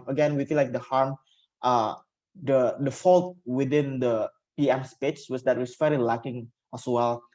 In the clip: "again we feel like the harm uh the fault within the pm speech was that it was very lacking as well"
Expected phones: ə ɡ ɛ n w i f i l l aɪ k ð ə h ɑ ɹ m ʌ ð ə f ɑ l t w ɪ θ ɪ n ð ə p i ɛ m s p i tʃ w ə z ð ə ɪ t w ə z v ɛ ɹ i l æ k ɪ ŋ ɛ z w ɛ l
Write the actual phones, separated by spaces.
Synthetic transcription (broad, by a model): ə ɡ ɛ n w i f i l l aɪ k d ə h ɑ ɹ m ʌ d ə f ɑ l t w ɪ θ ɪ n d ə p i ɛ m s p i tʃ w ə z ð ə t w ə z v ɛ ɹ i l æ k ɪ ŋ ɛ s w ɛ l